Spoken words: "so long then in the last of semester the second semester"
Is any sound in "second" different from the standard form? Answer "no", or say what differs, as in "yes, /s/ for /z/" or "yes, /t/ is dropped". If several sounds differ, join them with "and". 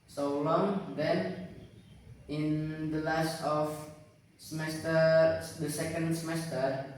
no